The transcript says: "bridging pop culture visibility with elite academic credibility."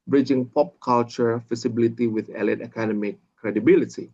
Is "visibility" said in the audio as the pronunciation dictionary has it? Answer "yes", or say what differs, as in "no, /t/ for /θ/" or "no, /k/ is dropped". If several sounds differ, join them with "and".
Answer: no, /f/ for /v/